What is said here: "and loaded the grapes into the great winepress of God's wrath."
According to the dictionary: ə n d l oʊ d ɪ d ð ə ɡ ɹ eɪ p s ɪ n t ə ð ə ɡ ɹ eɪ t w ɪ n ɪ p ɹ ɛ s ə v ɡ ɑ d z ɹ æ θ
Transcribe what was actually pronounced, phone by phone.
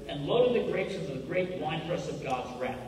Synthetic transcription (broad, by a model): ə n l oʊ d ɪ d ð ə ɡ ɹ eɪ s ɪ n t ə ð ə ɡ ɹ eɪ t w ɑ ɪ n ɹ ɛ s ə v ɡ ɑ d z ɹ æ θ